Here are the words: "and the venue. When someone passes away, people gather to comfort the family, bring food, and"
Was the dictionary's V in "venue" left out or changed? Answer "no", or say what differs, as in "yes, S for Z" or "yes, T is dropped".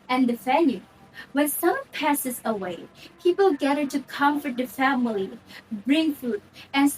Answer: yes, F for V